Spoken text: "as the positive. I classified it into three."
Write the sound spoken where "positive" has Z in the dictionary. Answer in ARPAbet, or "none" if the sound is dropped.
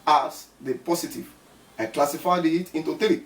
S